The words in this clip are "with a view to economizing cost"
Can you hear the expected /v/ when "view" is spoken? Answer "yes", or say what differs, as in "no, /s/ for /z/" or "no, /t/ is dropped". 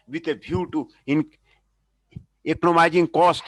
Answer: no, /b/ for /v/